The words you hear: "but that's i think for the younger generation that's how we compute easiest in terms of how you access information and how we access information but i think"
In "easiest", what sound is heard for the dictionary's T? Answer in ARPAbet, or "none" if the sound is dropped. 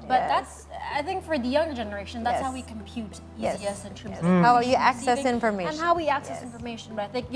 none